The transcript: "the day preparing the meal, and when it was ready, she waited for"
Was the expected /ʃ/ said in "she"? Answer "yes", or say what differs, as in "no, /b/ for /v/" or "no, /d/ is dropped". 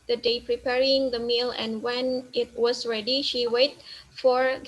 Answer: yes